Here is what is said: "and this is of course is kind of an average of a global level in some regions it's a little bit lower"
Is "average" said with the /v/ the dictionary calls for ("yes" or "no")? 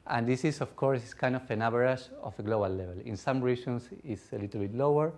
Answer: no